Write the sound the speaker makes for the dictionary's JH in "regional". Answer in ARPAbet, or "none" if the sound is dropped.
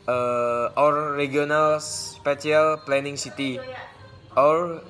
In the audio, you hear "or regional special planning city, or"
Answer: none